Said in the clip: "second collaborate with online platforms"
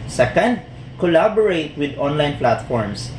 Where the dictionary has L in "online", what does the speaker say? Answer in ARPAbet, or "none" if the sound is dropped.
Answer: L